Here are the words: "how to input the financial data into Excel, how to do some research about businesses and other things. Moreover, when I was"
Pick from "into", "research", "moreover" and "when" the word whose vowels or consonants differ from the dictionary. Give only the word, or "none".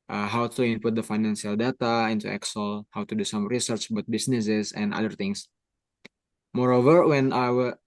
none